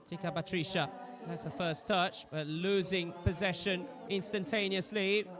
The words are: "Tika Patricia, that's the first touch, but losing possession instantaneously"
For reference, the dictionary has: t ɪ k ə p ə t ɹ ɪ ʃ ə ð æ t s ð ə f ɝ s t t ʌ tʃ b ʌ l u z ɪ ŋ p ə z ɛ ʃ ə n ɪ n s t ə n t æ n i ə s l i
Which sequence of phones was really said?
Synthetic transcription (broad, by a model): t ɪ k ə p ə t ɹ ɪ ʃ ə ð æ t s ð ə f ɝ s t t ʌ tʃ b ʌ l u z ɪ ŋ p ə z ɛ ʃ ə n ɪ n s t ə n t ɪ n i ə s l i